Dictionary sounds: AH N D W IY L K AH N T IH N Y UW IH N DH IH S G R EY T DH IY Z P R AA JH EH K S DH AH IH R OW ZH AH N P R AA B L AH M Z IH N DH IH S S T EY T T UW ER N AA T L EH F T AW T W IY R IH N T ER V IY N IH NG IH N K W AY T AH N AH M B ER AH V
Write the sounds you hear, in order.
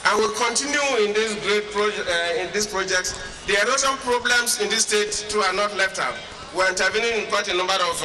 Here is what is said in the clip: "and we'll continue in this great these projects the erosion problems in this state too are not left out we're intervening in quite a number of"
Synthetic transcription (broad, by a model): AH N W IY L K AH N T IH N Y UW IH N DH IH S G R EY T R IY S P R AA JH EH K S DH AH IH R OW S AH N P R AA B L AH M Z IH N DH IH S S T EY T T UW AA N AA T L EH F T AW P W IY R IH N T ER V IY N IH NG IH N K W AY T AH N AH M B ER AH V